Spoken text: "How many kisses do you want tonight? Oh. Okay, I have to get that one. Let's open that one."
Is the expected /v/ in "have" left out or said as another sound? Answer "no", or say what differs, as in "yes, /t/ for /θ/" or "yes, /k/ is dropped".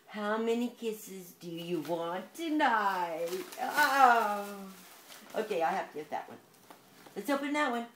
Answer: yes, /f/ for /v/